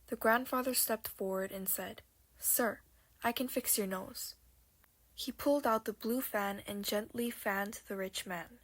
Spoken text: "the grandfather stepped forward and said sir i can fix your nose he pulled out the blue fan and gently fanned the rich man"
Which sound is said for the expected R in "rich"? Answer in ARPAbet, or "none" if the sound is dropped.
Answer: R